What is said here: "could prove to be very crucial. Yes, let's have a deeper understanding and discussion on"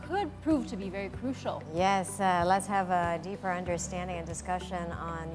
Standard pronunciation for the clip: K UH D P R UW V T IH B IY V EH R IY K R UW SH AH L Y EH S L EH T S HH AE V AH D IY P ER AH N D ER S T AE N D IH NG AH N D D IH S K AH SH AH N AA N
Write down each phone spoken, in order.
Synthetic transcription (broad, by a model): K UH D P R UW V T IH B IY V EH R IY K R UW SH L Y EH S L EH T S HH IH V AH D IY P ER AH N D ER S T AE N D IH NG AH N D D IH S K AH SH AH N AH N